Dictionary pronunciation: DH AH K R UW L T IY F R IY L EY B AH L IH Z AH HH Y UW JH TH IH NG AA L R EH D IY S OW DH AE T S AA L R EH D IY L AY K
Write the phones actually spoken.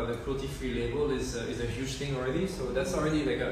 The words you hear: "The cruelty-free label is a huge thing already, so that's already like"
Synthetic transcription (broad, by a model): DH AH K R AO T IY F R IY L EY B AH L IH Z AH HH Y UW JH T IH NG AA L R EH D IY S OW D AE T S AA L R EH D IY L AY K